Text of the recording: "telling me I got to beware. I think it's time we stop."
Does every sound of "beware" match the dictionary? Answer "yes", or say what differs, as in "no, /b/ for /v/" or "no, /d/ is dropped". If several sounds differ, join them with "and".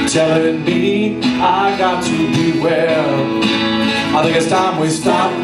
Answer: no, /l/ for /ɹ/